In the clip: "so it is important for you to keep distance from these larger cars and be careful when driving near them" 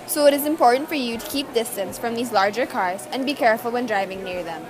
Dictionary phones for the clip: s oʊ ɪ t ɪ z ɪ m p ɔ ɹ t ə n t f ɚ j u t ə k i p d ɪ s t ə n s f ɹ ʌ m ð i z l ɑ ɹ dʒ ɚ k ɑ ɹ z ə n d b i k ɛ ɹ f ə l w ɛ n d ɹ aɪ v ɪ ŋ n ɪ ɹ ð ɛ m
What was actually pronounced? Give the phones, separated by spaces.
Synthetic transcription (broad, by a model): s oʊ ɪ t ɪ z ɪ m p ɔ ɹ t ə n t f ɚ j u t ə k i p d ɪ s t ə n s f ɹ ʌ m ð i z l ɑ ɹ dʒ ɚ k ɑ ɹ z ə n b i k ɛ ɹ f ə l w ɛ n d ɹ aɪ v ɪ ŋ n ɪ ɹ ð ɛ m